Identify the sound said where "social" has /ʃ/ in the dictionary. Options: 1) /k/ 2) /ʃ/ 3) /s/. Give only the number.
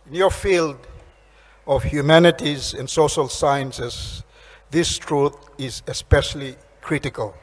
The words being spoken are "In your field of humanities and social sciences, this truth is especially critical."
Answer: 2